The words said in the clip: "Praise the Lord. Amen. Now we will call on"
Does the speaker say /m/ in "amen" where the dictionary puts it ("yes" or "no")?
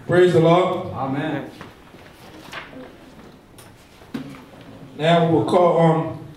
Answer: yes